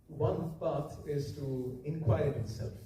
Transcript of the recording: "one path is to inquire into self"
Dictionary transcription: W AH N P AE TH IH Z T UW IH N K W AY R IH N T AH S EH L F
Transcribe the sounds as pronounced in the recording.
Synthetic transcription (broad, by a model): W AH N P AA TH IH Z T UW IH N K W AY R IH T S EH L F